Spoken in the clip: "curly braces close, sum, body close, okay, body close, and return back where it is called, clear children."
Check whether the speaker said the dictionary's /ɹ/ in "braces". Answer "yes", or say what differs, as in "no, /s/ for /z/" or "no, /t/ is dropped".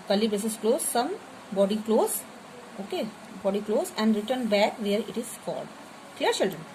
no, /ɹ/ is dropped